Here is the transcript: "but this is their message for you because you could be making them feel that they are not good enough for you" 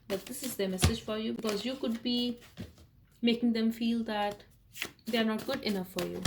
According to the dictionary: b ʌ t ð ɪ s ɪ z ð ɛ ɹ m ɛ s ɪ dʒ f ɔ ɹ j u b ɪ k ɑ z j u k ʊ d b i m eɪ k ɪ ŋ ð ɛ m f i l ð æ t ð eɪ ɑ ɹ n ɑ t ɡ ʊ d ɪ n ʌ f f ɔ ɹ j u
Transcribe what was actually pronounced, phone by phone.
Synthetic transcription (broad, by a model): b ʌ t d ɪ s ɪ z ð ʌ m ɛ s ɪ dʒ f ɔ ɹ j u b ɪ k ɑ z j u k ʊ d b i m eɪ k ɪ ŋ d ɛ m f i l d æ t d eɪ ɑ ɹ n ɑ t ɡ ʊ d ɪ n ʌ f f ɔ ɹ j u